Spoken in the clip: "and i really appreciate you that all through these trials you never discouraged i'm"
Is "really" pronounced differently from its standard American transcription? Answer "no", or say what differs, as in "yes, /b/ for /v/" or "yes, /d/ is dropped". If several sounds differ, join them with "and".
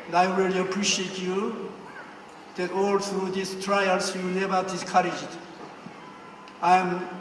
yes, /w/ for /ɹ/